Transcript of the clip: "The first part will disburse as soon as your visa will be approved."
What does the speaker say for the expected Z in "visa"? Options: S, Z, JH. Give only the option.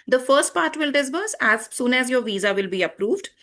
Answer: Z